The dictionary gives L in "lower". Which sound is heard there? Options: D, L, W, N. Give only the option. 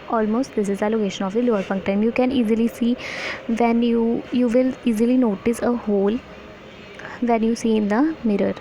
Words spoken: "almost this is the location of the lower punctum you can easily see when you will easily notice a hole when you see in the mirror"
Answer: L